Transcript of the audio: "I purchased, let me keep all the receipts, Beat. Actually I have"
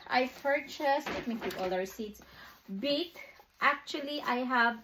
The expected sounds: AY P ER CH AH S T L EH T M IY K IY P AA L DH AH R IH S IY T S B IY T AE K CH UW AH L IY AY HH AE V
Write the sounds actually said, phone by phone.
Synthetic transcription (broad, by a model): AY P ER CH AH S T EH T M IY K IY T AA L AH W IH S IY T S B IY T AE K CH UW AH L IY AY HH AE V